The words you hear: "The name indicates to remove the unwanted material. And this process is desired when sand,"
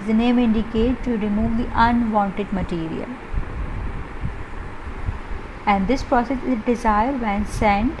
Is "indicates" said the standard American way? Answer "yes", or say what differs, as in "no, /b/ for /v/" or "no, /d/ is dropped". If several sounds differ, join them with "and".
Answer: no, /s/ is dropped